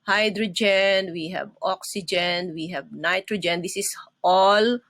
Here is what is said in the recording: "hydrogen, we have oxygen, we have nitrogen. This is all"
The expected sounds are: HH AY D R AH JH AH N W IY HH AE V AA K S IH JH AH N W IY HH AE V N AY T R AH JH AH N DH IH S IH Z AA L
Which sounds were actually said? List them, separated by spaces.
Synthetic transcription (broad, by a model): HH AY D R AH JH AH N W IY HH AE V AA K S IH JH AH N W IY HH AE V N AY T R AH JH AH N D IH S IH S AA L